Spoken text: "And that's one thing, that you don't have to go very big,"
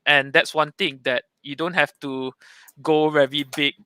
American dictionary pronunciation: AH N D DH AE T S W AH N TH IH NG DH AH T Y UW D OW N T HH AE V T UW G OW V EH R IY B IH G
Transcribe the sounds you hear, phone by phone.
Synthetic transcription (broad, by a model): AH N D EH T S W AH N T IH NG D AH T Y UW D OW N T HH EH F T UW G OW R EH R IY B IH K